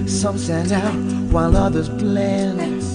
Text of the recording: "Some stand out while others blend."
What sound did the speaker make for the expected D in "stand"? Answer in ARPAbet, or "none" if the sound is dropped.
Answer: none